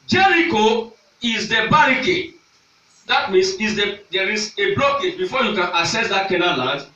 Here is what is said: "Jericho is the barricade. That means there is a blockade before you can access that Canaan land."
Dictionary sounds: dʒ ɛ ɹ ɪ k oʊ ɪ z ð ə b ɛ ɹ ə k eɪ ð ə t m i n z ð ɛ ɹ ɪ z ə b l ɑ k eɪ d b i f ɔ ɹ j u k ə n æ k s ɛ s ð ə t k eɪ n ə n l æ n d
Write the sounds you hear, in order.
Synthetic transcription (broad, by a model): dʒ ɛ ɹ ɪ k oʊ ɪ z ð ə b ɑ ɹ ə k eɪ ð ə t m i n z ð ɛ ɹ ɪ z ə b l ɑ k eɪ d b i f ɔ j u k ə n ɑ s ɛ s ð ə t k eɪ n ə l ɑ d